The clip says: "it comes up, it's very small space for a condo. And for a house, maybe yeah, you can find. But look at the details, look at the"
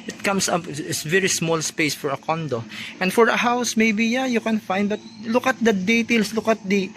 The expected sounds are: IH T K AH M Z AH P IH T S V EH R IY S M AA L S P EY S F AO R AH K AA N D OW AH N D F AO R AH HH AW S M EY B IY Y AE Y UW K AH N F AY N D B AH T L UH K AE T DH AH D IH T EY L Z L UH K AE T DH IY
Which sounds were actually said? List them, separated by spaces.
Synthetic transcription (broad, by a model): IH T K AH M S AH P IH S V EH R IY S M AA L S P EY S F AO R AH K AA N D OW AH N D F AO R AH HH AW S M EY B IY Y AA Y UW K AH N F AY N D B AH T L UH K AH T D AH D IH T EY L S L UH K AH T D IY